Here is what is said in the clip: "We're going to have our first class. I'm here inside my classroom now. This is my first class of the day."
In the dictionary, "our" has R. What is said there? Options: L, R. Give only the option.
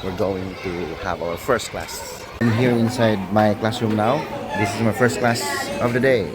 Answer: L